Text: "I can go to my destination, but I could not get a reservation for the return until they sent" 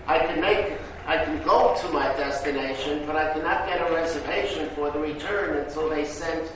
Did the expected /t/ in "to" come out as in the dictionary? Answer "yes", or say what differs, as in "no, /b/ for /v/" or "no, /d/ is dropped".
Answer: yes